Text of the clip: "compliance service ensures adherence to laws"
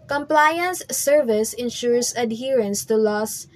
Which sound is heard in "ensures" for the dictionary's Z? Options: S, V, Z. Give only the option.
S